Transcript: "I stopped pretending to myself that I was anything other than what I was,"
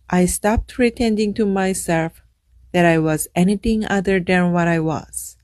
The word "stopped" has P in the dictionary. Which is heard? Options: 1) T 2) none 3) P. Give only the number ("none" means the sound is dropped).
3